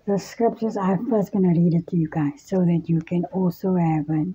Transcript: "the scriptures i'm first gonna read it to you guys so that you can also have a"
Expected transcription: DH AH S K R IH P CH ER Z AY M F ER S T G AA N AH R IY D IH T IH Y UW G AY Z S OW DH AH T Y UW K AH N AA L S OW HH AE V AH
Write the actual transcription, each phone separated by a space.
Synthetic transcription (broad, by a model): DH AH S K R IH P CH ER Z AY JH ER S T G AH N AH R IY D IH T IH Y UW G AY Z S OW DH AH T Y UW K AH N AA L S OW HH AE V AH